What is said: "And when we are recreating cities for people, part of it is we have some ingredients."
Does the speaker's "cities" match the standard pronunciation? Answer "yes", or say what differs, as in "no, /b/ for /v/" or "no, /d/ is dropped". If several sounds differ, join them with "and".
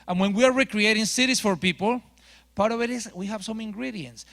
no, /s/ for /z/